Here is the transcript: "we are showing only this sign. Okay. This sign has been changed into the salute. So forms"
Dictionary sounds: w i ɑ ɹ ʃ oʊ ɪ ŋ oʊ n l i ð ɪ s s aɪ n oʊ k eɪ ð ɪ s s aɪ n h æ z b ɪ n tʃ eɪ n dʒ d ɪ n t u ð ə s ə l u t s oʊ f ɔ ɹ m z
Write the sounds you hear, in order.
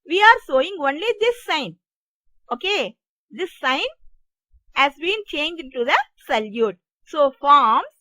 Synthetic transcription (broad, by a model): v i ɑ ɹ s oʊ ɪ ŋ oʊ n l i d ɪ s s aɪ n oʊ k eɪ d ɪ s s aɪ n h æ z b ɪ n tʃ eɪ n dʒ ɪ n t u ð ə s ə l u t s oʊ f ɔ ɹ m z